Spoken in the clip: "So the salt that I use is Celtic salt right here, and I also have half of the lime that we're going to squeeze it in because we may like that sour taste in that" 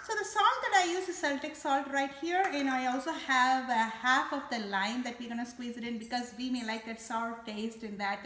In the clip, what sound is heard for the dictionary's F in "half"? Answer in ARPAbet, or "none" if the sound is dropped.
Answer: F